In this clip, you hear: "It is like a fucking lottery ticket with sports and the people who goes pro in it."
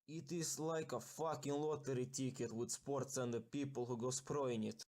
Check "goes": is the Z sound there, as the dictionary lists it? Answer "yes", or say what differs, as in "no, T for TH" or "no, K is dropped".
no, S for Z